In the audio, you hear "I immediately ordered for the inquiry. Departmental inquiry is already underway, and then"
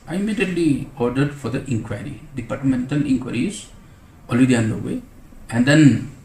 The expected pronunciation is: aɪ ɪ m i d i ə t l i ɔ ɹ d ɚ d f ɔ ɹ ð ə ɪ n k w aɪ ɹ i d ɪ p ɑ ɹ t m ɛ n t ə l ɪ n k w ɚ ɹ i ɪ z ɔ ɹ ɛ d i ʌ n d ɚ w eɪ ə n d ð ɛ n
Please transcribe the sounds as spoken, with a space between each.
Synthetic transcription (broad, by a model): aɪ ɪ m i d i ə t l i ɔ ɹ d ɚ d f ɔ ɹ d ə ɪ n k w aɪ ɹ i d ɪ p ɑ ɹ t m ɛ n t ə l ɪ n k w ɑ ɹ i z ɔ l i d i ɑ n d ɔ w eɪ ə n d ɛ n